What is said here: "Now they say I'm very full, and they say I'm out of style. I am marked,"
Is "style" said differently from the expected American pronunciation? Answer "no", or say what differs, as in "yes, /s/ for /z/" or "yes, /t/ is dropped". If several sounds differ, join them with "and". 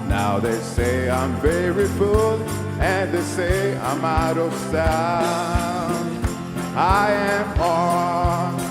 yes, /n/ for /l/